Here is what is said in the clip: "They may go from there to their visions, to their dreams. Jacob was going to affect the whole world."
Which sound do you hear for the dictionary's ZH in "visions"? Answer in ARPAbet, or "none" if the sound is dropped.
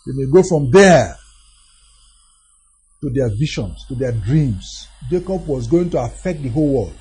SH